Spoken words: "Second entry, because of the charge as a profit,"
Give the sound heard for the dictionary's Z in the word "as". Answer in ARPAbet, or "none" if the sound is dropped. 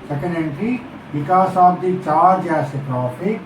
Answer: S